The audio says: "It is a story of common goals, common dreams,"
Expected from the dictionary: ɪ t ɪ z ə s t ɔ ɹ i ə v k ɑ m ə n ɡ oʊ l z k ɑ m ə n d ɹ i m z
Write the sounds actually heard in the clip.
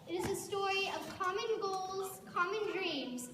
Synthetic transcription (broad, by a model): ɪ t ɪ z ə s t ɔ ɹ i ə v k ɑ m ə n ɡ oʊ l z k ɑ m ə n d ɹ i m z